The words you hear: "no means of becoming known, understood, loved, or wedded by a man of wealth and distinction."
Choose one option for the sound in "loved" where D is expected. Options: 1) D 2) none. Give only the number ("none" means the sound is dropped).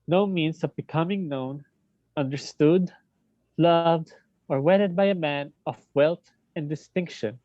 1